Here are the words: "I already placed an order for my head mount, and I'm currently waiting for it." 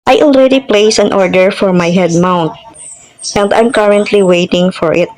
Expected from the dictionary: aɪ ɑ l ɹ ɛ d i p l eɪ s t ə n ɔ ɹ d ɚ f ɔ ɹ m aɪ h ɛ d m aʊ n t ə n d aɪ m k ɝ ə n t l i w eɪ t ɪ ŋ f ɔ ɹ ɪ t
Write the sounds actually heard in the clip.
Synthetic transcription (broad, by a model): aɪ ɑ l ɹ ɛ d i p l eɪ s ə n ɔ ɹ d ɚ f ɔ ɹ m aɪ h ɛ d m aʊ n t ə n d aɪ m k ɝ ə n t l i w eɪ t ɪ ŋ f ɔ ɹ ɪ t